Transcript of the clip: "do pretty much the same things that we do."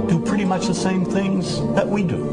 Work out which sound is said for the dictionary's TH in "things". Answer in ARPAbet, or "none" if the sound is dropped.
TH